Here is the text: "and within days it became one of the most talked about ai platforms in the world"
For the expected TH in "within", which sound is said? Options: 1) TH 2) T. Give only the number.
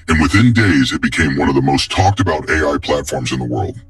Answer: 1